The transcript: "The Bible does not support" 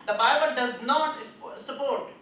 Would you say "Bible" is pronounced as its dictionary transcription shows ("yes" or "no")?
yes